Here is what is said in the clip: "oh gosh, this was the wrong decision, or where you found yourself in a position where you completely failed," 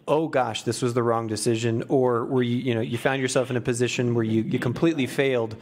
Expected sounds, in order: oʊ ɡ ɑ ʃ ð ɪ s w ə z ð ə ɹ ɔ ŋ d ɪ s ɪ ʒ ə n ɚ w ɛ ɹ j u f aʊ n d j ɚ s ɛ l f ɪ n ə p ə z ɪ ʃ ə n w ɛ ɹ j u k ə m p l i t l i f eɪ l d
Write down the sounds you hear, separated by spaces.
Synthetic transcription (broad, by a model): oʊ ɡ ɑ ʃ ð ɪ s w ə z ð ə ɹ ɔ ŋ d ɪ s ɪ ʒ ə n ɚ w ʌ ɹ j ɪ f aʊ n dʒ j ɚ s ɛ l f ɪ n ə p ə z ɪ ʃ ə n w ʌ ɹ j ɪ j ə m p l i t l i f eɪ l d